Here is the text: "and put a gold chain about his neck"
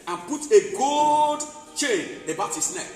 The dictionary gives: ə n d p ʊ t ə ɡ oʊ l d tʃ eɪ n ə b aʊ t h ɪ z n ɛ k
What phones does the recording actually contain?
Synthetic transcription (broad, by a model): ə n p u t ə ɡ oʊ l d tʃ eɪ n ə b aʊ t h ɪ s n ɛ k